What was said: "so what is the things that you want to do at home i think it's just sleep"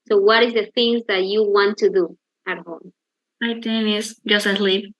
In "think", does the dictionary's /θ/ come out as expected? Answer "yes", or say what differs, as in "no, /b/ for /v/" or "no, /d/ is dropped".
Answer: no, /t/ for /θ/